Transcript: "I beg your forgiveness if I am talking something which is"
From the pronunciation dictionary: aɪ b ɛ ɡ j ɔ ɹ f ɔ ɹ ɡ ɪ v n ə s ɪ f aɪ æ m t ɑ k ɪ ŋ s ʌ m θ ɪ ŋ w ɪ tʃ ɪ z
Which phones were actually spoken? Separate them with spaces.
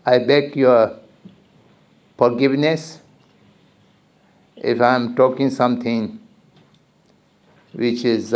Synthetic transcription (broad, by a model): aɪ b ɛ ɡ j ɔ ɹ f ɔ ɹ ɡ ɪ v n ə s ɪ f aɪ m t ɑ k ɪ ŋ s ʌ m t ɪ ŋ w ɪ tʃ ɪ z